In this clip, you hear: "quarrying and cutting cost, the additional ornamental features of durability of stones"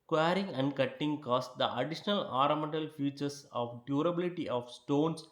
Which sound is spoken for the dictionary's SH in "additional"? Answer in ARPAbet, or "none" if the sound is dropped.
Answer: SH